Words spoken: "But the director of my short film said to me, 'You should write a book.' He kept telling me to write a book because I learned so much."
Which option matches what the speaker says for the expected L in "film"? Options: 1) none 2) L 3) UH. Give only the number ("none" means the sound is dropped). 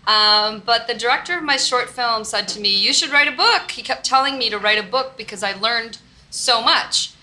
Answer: 2